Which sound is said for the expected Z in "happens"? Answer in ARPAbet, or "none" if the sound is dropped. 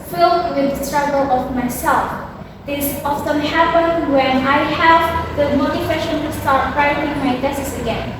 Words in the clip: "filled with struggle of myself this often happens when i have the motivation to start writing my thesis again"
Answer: none